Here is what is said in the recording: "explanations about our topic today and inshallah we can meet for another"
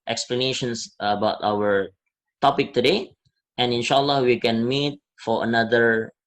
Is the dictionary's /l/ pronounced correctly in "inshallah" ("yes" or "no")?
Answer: yes